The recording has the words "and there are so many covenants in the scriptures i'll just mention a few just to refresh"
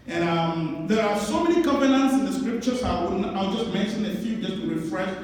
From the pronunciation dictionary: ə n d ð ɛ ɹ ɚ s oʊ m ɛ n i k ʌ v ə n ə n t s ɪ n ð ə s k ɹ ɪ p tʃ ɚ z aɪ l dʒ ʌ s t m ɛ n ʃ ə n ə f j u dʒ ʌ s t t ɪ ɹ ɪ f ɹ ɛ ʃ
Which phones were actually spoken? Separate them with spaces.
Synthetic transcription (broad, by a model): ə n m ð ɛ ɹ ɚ s oʊ m ɛ n i k ʌ v ə n ə n t s ɪ n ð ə s k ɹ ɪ p tʃ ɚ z aɪ l dʒ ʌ s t m ɛ n ʃ ə n ə f j u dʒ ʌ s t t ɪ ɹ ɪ f ɹ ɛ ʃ